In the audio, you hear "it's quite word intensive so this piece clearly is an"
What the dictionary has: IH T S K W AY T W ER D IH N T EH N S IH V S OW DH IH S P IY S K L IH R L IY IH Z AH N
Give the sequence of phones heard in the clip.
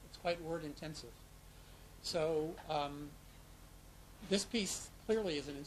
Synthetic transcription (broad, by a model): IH T S K W AY T W ER D IH N T EH N S IH V S OW DH IH S P IY S K L IH R L IY IH Z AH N